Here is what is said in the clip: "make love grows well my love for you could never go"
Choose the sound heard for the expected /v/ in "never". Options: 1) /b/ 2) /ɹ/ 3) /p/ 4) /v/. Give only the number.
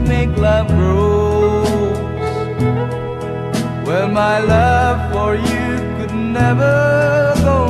4